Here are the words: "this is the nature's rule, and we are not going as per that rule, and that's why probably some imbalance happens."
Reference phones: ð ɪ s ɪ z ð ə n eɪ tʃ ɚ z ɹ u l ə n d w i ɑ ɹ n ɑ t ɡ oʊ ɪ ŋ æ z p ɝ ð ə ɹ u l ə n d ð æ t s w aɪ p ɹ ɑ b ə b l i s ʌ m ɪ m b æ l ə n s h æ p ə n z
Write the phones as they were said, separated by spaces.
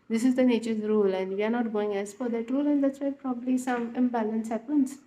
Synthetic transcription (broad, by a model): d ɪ s ɪ z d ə n eɪ tʃ ɚ z ɹ u l ə n d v i ɑ ɹ n ɑ t ɡ oʊ ɪ ŋ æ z f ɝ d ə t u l ə n d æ t s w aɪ p ɹ ɑ b ə b l i s ʌ m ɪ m b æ l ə n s h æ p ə n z